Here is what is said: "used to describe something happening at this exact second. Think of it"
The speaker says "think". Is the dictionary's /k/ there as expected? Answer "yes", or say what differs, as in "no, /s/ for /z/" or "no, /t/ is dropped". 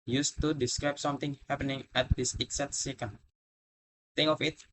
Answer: no, /k/ is dropped